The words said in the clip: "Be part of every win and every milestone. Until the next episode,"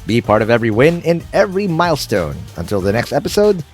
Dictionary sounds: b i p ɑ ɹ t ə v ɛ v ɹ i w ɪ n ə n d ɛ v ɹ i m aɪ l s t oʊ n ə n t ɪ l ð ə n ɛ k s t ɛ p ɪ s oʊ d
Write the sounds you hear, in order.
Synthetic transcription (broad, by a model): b i p ɑ ɹ t ə v ɛ v ɹ i w ɪ n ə n ɛ v ɹ i m aɪ l s t oʊ n ə n t ɪ l ð ə n ɛ k s t ɛ p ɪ s oʊ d